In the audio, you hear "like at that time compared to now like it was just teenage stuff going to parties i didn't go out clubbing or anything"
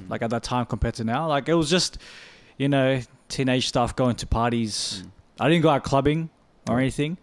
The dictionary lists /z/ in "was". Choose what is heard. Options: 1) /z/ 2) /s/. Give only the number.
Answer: 1